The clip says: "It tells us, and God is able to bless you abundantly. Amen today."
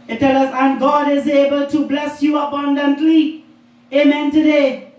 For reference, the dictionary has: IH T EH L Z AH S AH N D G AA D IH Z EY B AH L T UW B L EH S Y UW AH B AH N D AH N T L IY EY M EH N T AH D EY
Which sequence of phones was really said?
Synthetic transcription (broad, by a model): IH T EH L AH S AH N G AA D IH Z EY B AH L T UW B L EH S Y UW AH B AH N D AH N T L IY EY M EH N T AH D EY